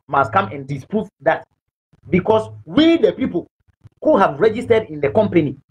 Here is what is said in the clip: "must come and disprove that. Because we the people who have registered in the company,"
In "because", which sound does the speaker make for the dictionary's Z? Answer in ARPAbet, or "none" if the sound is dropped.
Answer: S